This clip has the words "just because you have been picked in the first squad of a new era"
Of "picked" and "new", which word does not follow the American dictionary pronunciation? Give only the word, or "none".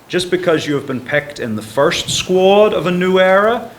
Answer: none